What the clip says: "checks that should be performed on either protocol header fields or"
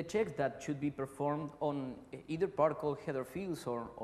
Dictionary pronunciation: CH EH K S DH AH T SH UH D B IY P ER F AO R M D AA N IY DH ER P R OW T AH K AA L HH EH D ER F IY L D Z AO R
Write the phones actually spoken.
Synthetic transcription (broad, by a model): CH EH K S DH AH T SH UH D B IY P ER F AO R M D AA N IY DH ER P AA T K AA L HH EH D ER F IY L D S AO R